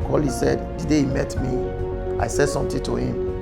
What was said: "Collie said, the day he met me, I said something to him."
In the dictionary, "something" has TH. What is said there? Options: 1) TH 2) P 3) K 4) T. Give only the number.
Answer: 4